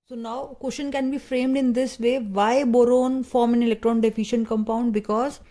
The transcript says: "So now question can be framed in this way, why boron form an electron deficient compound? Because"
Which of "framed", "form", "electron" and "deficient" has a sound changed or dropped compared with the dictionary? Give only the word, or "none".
none